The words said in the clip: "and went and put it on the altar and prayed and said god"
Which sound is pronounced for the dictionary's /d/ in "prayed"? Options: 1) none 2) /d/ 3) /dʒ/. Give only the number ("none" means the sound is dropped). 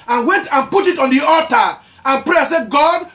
1